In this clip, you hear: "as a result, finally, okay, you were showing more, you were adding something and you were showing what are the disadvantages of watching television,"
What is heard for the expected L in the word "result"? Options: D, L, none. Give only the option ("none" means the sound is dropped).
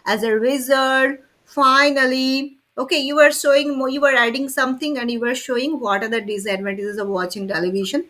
none